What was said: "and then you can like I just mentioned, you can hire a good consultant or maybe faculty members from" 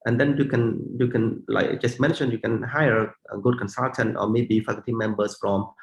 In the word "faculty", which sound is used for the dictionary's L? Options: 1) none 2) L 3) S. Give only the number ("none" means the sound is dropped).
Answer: 1